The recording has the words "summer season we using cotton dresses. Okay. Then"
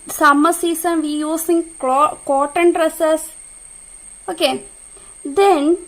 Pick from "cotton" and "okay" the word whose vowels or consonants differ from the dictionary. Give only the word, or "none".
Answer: none